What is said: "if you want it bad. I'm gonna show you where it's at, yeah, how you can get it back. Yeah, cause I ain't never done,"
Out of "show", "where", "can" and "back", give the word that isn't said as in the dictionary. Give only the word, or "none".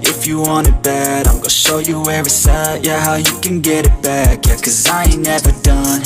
none